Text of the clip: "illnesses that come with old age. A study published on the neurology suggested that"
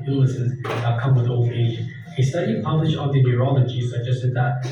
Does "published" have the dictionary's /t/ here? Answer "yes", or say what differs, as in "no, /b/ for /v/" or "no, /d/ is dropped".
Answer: no, /t/ is dropped